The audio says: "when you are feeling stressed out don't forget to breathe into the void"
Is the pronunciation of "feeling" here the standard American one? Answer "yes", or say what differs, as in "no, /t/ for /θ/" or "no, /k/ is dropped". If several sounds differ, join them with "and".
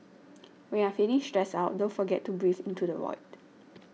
no, /n/ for /l/